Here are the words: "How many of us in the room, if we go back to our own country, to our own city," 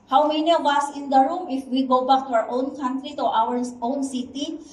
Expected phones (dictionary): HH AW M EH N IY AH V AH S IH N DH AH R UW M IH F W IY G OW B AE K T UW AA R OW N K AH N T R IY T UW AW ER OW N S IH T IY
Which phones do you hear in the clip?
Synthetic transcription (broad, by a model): HH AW M EH N IY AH W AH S IH N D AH R UW M IH F W IY G OW B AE K T UW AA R OW N K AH N T R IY T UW AW ER OW N S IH T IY